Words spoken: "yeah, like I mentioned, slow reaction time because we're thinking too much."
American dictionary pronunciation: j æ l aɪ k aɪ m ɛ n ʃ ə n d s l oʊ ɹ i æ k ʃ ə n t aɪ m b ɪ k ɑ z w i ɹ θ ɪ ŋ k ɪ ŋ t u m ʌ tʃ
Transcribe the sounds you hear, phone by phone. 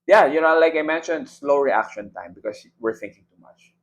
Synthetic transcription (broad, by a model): j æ l aɪ k aɪ m ɛ n ʃ ə n d s l oʊ ɹ i æ k ʃ ə n t aɪ m b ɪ k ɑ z w i ɹ θ ɪ ŋ k ɪ ŋ t u m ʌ tʃ